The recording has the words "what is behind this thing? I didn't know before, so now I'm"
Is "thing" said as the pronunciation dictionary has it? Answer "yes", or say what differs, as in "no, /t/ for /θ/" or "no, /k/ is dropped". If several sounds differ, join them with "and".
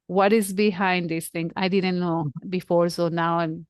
no, /t/ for /θ/